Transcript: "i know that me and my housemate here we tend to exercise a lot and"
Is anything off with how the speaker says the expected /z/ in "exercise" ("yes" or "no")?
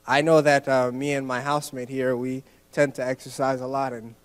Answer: no